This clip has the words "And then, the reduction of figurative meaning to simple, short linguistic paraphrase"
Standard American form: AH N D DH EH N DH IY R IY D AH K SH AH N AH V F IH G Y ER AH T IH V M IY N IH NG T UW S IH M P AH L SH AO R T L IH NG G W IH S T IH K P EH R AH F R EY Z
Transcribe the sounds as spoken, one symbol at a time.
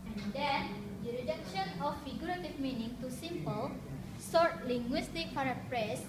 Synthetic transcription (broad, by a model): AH N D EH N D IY R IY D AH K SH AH N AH F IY G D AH T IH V M IY N IH NG T UW S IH M P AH L S AO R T L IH NG G W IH S T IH K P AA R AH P R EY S